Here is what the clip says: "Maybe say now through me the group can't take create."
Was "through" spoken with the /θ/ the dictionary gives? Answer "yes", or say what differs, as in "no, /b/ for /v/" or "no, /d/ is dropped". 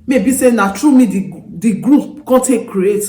no, /t/ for /θ/